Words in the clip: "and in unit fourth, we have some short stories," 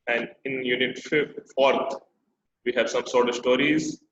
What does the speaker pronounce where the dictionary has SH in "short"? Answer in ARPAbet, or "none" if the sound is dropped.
S